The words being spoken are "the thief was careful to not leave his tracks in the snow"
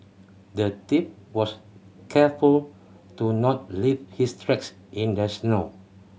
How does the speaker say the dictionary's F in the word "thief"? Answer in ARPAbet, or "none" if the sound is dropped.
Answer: P